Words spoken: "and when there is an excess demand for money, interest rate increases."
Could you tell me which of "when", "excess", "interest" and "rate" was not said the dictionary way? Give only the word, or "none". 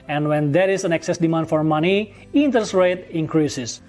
interest